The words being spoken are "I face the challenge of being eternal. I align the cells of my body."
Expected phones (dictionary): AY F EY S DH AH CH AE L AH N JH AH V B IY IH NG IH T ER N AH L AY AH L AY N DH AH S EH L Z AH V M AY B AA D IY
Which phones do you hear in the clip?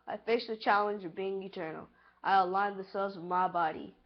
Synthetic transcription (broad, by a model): AY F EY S DH AH CH AE L AH N JH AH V B IY IH NG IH T ER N L AY AH L AY N DH AH S EH L Z AH V M AY B AA D IY